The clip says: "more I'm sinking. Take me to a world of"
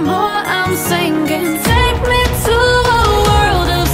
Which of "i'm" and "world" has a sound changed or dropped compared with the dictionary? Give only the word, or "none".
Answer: none